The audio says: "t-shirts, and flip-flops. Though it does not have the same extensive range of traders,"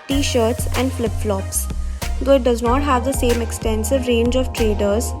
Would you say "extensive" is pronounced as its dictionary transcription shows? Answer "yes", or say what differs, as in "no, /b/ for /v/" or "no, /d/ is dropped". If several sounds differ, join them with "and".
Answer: yes